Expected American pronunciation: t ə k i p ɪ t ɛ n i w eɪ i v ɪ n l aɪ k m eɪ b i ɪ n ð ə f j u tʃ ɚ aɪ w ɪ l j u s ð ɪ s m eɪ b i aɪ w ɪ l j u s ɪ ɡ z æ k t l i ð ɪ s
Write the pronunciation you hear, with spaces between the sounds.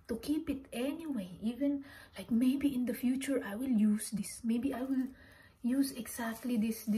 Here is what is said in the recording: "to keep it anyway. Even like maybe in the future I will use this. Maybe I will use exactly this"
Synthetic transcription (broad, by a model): t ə k i p ɪ t ɛ n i w eɪ i v ɪ n l aɪ k m eɪ b i ɪ n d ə f j u tʃ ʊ aɪ w ɪ l j u s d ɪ s m eɪ b i aɪ w ɪ l j u s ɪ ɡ s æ k t l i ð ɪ s